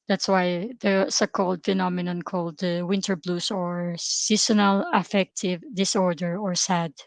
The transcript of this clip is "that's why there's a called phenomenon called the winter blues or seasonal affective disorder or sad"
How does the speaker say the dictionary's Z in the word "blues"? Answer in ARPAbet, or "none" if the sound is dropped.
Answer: S